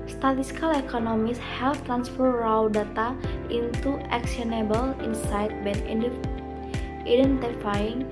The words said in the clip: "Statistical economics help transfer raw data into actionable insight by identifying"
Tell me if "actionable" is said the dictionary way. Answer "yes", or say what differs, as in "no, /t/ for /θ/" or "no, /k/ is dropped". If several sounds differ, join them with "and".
no, /s/ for /ʃ/